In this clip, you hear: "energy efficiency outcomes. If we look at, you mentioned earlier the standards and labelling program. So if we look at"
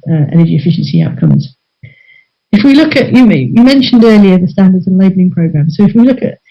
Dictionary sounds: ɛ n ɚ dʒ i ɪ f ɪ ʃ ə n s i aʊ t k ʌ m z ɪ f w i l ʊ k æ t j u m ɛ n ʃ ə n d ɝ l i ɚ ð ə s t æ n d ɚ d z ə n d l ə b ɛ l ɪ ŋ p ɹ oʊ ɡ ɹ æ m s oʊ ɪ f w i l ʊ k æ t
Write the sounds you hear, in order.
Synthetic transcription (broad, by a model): ɛ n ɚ dʒ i ɪ f ɪ ʃ ə n s i aʊ t k ʌ m z ɪ f w i l ʊ k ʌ t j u m ɛ n ʃ ə n d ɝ l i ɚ ð ə s t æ n d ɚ d z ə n l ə b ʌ l ɪ ŋ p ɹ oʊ ɡ ɹ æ m s oʊ ɪ f w i l ʊ k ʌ t